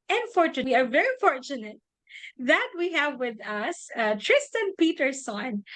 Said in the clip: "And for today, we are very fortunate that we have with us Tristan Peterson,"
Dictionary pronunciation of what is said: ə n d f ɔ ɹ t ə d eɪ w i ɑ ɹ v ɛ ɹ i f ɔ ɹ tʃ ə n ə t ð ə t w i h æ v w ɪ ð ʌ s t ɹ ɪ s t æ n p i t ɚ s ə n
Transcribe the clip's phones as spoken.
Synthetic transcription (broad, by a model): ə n f ɔ ɹ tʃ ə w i ɑ ɹ v ɛ ɹ i f ɔ ɹ tʃ ə n ə t ð ə t w i h æ v w ɪ ð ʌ s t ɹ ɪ s t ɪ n p i t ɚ s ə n